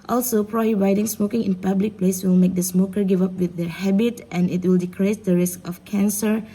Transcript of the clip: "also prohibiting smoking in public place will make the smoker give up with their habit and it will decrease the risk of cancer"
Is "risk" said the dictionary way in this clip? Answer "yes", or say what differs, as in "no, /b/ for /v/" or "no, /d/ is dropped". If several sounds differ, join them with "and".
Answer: yes